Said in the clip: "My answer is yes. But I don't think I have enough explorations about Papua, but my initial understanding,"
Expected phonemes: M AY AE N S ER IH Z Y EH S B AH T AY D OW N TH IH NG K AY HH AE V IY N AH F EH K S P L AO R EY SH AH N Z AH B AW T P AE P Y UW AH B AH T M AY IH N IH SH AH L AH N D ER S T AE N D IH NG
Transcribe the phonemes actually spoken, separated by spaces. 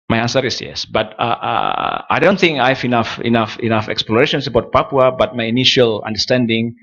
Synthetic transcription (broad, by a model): M AY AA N S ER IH S Y EH S B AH T AY D OW N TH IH NG K AY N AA F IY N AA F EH K S P L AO R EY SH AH N S AH B AW T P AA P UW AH B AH T M AY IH N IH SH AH L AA N D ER S T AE N D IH NG